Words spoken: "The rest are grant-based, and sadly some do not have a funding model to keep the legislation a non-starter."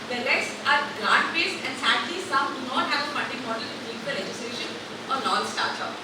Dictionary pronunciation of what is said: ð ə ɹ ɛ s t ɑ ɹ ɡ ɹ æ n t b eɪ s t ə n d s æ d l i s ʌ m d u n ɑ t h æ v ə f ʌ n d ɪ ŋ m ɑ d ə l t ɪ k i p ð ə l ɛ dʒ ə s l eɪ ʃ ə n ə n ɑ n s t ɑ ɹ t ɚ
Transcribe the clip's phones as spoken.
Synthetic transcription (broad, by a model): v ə l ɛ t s ɑ ɹ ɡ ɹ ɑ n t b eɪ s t ə n d s æ d l i s ʌ m d u n ɑ t h æ v ə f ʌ n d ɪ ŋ m ɑ d ə l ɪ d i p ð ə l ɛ dʒ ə s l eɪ ʃ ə n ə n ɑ l s t ɑ ɹ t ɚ